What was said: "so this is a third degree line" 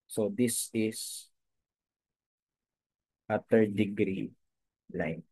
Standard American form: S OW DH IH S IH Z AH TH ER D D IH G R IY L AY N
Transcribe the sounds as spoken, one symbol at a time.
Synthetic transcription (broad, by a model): S OW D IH S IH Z AH T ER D D IH G R IY L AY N